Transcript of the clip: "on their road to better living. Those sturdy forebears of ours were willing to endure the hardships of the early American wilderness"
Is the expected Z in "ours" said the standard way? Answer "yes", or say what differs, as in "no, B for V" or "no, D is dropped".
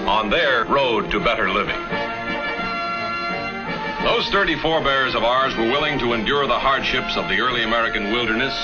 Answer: yes